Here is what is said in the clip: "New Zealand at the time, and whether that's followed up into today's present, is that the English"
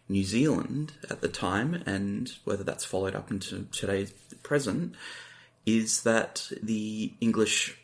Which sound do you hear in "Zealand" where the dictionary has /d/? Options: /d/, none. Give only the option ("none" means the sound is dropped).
/d/